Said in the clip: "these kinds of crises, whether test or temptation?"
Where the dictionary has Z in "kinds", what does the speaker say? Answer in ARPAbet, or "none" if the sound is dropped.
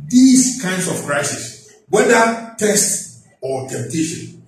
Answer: S